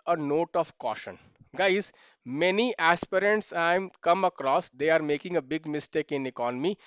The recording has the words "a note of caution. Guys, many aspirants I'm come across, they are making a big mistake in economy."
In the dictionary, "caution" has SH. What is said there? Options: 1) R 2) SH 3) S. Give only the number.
2